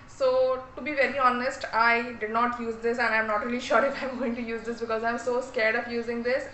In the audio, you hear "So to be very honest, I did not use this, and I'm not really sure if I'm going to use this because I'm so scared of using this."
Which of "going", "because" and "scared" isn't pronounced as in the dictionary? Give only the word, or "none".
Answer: none